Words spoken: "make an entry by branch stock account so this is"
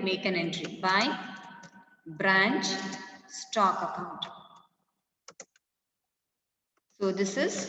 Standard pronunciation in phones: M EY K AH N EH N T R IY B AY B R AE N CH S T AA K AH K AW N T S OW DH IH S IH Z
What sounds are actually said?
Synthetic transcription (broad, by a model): M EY K AH N EH N T R IY B AY B R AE N CH S T AA K AH K AW N T S OW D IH S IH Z